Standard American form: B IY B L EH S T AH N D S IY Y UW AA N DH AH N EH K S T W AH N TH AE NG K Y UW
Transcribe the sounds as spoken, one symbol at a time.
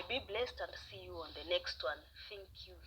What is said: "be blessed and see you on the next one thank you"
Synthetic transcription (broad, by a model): B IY B L EH S T AH N D S IY Y UW AA N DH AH N EH K S T W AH N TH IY NG K Y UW